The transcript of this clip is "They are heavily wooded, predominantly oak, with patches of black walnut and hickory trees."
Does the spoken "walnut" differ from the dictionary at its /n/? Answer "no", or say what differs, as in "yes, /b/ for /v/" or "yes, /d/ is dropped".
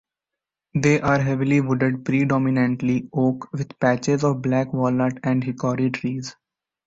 yes, /n/ is dropped